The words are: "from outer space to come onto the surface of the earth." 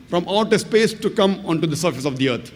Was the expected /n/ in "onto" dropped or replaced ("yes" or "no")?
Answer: no